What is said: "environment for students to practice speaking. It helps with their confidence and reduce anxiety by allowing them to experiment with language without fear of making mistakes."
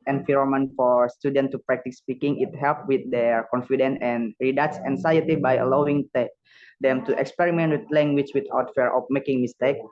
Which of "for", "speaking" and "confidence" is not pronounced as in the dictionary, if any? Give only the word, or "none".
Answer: confidence